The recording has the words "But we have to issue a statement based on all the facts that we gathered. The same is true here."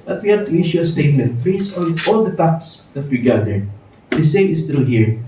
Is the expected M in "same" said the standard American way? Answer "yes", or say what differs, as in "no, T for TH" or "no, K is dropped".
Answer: no, M is dropped